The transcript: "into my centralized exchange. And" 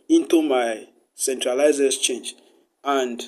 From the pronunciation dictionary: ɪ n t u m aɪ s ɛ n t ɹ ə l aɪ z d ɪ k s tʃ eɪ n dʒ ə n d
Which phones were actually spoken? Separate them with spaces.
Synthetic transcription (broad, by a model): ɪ n t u m aɪ s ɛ n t ɹ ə l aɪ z ɪ s tʃ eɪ n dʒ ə n d